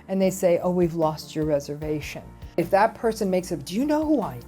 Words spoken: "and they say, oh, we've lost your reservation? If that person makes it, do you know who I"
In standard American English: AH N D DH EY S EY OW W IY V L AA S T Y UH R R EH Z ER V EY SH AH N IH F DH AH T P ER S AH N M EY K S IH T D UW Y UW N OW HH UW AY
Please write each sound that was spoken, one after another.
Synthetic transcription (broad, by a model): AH N DH EY S EY OW W IY V L AA S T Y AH R R EH Z ER V EY SH AH N IH F DH AH T P ER S AH N M EY K S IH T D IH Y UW N OW HH UW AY